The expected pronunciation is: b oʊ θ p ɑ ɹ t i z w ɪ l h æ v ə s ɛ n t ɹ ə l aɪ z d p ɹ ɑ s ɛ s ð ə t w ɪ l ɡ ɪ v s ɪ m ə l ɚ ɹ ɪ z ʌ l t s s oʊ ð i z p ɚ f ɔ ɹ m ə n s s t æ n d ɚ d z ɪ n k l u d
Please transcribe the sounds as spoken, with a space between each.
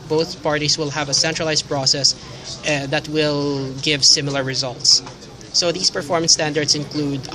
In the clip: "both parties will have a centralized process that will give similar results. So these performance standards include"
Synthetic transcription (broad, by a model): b oʊ θ p ɑ ɹ t i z w ɪ l h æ v ə s ɛ n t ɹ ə l aɪ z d p ɹ ɑ s ɛ s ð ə t w ɪ l ɡ ɪ v s ɪ m ə l ɚ ɹ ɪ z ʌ l t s s oʊ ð i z p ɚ f ɔ ɹ m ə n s s t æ n d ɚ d s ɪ n k l u d